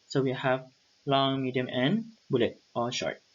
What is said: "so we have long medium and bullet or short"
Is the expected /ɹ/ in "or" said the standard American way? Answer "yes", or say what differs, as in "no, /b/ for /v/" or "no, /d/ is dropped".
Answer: no, /l/ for /ɹ/